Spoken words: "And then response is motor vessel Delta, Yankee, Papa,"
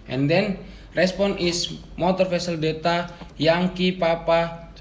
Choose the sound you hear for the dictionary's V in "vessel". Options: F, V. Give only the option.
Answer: F